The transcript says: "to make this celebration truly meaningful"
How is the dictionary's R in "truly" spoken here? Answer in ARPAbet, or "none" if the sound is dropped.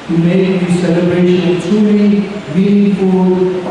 none